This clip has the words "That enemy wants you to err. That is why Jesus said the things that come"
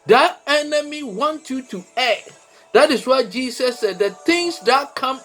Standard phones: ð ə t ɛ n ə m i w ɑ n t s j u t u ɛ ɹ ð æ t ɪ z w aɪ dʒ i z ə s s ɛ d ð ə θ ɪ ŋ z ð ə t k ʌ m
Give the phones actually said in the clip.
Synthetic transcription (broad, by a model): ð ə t ɛ n ə m i w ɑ n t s j u t u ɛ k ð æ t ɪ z w aɪ dʒ i s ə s s ɛ d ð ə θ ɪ ŋ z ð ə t k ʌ m